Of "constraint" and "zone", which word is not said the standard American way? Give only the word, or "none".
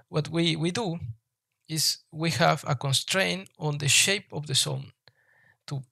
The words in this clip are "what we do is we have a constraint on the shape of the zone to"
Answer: zone